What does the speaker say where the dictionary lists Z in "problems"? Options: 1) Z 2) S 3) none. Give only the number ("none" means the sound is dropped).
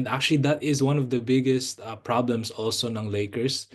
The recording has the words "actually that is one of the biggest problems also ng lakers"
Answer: 2